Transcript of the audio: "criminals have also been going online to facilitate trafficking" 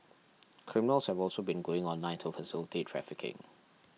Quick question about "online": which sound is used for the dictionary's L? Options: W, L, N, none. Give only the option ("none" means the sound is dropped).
none